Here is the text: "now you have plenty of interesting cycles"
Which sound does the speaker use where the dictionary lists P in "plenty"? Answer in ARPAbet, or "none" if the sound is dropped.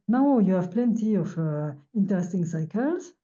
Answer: P